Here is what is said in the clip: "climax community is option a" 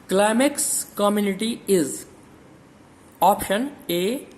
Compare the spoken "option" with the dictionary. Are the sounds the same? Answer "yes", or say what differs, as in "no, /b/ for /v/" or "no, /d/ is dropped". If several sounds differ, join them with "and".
yes